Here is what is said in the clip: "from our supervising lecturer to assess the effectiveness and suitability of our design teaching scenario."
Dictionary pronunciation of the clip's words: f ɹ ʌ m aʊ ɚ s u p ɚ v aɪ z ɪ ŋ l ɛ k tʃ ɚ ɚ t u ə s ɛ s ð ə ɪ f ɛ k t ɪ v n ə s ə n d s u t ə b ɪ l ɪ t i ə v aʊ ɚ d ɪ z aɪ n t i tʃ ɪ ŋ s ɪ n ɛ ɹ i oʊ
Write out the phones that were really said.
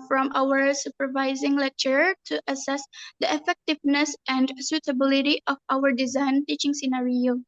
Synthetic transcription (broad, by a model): f ɹ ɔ m aʊ ɚ s u p ɚ v aɪ z ɪ ŋ l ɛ k tʃ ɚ ɚ t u ə s ɛ s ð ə ɪ f ɛ k t ɪ v n ə s ə n d s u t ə b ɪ l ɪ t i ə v aʊ ɚ d ɪ z aɪ n t i tʃ ɪ ŋ s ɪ n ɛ ɹ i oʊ